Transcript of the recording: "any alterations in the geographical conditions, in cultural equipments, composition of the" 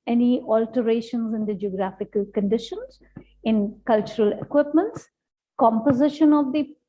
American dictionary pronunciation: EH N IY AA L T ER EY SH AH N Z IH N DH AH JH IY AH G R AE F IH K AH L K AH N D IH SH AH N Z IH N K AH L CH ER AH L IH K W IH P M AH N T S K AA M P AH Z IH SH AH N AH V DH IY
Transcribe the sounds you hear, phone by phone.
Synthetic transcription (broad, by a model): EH N IY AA L T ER EY SH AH N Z IH N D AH JH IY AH G R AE F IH K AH L K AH N D IH SH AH N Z IH N K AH L CH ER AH L IH K W IH P M AH N T S K AA M P AH Z IH SH AH N AH V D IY